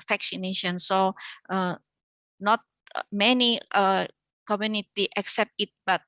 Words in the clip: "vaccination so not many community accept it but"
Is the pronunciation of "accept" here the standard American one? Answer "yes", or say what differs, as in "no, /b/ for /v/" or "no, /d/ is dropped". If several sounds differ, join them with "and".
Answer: yes